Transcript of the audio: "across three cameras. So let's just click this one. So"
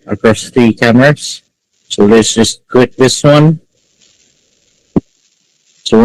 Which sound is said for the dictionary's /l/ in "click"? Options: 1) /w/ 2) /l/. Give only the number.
1